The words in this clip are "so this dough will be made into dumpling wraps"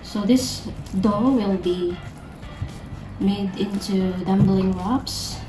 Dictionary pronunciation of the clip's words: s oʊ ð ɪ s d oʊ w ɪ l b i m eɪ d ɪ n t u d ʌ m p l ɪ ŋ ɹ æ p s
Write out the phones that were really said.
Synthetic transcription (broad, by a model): s oʊ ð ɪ s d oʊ w ɪ l b i m eɪ d ɪ n t u d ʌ m b l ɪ ŋ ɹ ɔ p s